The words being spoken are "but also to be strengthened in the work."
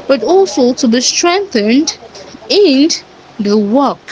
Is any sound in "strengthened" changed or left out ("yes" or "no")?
no